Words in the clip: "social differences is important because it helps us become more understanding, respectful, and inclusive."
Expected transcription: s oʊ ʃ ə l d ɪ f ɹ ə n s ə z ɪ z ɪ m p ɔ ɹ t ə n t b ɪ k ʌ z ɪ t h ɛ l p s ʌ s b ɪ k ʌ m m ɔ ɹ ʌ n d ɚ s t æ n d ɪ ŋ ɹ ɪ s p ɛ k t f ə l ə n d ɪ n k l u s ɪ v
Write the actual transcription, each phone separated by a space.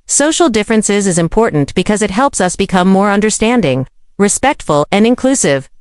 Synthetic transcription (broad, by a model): s oʊ ʃ l d ɪ f ɹ ə n s ə z ɪ z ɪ m p ɔ ɹ t n b ɪ k ʌ z ɪ t h ɛ l p s ʌ s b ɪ k ʌ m m ɔ ɹ ʌ n d ɚ s t æ n d ɪ ŋ ɹ ɪ s p ɛ k t f ə l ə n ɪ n k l u s ɪ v